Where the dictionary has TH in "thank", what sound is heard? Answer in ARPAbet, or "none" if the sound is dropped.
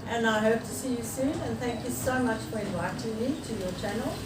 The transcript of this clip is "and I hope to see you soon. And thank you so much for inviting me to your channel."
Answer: TH